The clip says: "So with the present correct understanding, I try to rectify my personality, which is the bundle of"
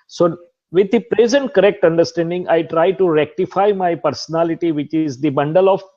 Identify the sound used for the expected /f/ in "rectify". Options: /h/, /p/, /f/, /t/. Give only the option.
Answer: /f/